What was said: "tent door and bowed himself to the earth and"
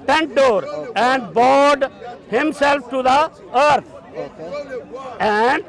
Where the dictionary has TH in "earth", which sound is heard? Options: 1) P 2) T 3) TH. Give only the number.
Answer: 2